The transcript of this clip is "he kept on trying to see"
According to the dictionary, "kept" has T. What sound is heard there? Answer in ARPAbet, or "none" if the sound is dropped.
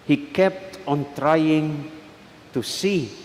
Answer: T